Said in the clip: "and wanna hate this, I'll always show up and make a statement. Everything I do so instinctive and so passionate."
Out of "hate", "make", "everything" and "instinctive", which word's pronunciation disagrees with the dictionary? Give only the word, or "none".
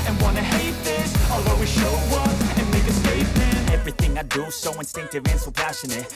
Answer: none